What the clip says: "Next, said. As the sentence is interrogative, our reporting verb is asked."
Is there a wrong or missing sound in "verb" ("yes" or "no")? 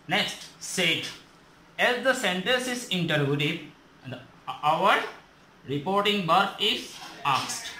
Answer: yes